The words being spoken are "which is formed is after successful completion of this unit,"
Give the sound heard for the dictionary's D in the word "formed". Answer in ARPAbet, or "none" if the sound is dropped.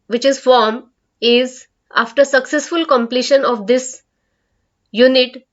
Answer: none